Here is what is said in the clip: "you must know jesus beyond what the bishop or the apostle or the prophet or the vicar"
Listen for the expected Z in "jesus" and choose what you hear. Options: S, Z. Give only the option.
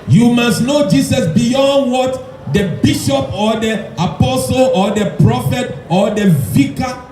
S